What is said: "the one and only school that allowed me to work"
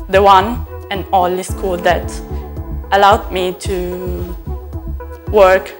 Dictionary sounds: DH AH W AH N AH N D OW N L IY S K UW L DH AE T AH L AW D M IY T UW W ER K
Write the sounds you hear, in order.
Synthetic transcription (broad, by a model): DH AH W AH N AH N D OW L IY S K UW L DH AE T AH L AW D M IY T UW W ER K